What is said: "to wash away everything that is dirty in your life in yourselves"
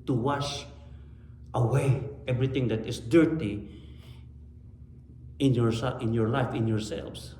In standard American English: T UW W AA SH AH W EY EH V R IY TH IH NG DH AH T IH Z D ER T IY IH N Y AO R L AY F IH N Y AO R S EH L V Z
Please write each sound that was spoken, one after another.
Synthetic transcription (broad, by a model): T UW W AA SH AH W EY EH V R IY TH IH NG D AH T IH S D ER T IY IH N Y AO R L AY F IH N Y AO R S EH L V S